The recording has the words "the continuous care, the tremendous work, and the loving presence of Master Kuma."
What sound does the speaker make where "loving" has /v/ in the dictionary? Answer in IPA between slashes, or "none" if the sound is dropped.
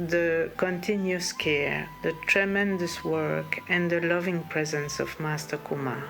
/v/